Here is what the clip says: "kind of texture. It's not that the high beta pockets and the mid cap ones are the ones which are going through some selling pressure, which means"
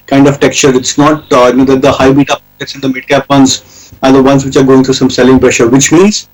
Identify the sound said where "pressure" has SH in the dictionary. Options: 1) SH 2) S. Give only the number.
1